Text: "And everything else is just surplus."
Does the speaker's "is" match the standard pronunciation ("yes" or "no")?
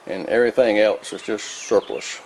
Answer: no